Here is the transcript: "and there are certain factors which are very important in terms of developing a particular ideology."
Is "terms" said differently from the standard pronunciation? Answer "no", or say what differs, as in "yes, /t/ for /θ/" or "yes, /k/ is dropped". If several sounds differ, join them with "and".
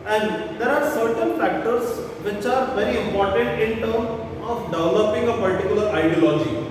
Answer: yes, /z/ is dropped